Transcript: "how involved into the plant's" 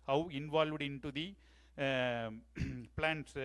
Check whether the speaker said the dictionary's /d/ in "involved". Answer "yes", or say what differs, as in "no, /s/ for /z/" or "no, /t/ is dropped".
yes